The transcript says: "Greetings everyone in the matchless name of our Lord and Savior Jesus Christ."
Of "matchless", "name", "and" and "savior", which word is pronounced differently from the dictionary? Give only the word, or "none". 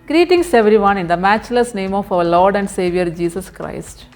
none